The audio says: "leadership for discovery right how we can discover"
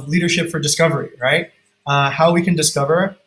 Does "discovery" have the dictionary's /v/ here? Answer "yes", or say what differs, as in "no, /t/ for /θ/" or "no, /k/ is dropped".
yes